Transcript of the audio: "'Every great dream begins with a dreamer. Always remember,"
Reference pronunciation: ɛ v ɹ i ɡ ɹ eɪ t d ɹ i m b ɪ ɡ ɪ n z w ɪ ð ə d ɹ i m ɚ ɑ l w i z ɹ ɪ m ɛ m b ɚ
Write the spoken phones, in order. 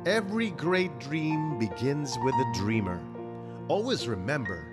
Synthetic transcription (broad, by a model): ɛ v ɹ i ɡ ɹ eɪ t d ɹ i m b ɪ ɡ ɪ n z w ɪ ð ə d ɹ i m ɚ ɑ l w i z ɹ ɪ m ɛ m b ɚ